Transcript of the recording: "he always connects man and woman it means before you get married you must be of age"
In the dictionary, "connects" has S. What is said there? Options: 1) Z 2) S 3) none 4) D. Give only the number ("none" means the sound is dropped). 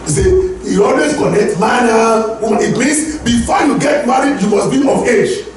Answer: 3